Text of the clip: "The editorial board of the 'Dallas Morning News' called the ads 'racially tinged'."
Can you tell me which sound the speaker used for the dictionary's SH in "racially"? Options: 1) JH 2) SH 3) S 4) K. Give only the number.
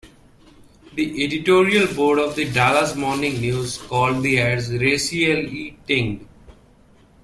3